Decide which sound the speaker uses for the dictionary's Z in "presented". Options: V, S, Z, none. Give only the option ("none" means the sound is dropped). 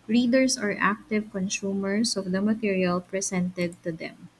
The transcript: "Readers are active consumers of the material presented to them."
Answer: S